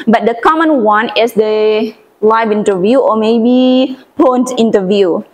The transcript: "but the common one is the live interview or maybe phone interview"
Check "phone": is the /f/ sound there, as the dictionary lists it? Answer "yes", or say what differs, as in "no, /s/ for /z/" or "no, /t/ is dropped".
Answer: no, /p/ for /f/